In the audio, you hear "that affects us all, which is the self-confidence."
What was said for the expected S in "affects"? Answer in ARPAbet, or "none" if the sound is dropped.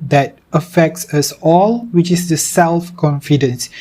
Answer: S